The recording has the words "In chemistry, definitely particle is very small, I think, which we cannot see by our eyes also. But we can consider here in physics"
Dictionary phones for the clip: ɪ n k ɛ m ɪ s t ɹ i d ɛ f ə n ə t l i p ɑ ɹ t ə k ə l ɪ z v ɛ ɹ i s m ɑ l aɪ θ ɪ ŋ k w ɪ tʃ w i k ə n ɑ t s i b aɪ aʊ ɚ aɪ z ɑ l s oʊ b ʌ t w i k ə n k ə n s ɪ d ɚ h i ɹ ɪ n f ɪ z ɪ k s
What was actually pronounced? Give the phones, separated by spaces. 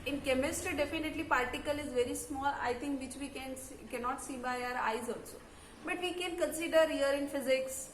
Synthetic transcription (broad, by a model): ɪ n k ɛ m ɪ s t ɹ i d ɛ f ə n ə t l i p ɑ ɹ t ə k ə l ɪ z v ɛ ɹ i s m ɑ l aɪ t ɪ ŋ k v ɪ tʃ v i k ə n ɑ t s i b aɪ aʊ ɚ aɪ z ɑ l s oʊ b ʌ t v i k ə n k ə n s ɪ d ɚ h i ɹ ɪ n f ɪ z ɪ k s